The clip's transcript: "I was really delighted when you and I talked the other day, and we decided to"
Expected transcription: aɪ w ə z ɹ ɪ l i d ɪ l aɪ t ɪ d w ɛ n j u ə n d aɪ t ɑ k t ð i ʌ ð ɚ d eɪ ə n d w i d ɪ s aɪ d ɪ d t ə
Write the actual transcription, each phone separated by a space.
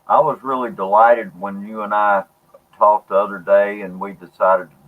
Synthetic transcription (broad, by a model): aɪ w ə z ɹ ɪ l i d ɪ l aɪ t ɪ d w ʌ n j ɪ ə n aɪ t ɑ k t ð i ʌ ð ɚ d eɪ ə n w i d ɪ s aɪ d ɪ d t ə